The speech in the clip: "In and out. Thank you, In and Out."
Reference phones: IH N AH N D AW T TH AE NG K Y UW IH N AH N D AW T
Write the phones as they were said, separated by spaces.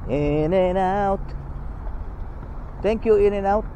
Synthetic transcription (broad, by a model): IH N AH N AW T T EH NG K Y UW IH N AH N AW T